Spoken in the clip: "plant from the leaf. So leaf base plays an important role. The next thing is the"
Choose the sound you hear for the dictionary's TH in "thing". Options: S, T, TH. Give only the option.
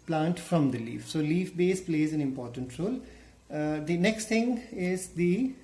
T